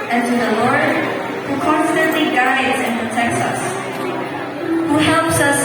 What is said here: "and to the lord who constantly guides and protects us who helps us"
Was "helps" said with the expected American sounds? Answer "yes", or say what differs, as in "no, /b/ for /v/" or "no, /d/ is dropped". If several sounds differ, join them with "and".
yes